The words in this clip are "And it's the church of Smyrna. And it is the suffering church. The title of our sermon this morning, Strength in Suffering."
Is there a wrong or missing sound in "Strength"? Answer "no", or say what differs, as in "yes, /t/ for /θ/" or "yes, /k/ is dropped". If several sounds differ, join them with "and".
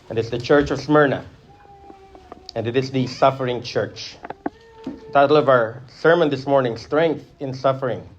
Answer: no